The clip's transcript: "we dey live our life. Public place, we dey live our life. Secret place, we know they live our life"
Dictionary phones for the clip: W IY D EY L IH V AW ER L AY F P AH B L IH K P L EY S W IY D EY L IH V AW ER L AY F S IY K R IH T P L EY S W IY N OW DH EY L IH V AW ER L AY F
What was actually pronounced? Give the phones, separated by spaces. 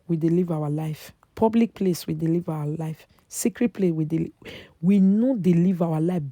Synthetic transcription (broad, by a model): W IY D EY L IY V AW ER L AY F P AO B L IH K P L EY S W IY D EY L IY V AW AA L AY F S IY K R IH T P L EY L W IY N OW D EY L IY V AW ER L AY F